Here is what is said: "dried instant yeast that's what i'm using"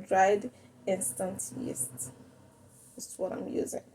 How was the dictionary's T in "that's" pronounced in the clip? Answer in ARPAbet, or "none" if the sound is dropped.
S